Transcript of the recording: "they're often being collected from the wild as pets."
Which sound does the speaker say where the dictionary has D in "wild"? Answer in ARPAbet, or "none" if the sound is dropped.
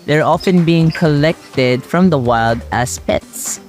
D